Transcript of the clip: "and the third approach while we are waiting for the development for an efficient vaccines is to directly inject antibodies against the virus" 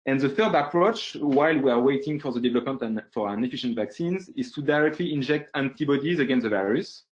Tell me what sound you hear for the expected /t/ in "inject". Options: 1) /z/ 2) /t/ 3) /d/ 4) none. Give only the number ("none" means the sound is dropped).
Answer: 2